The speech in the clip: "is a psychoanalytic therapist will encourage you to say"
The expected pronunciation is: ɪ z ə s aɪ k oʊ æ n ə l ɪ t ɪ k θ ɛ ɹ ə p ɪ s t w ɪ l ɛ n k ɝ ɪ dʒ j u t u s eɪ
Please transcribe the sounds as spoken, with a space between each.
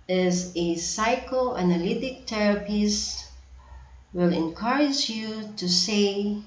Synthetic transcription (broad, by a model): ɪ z ə s aɪ k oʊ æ n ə l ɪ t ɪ k t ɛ ɹ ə p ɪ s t w ɪ l ɛ n k ɝ ɪ dʒ j u t u s eɪ